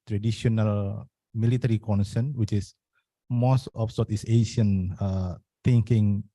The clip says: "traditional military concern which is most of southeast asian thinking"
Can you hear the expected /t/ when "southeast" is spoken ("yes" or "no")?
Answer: no